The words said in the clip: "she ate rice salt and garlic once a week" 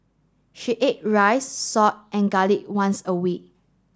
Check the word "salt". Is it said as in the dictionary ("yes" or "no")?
no